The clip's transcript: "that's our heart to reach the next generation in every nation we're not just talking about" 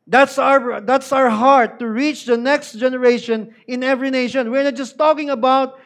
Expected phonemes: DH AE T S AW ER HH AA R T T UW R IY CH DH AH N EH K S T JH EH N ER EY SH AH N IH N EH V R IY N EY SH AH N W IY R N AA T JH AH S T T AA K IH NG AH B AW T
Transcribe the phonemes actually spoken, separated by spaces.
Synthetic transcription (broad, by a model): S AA T S AW ER HH AA R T T UW R IY CH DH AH N EH K S T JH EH N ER EY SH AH N IH N EH V R IY N EY SH AH N W IY R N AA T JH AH S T T AA K IH NG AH B AW T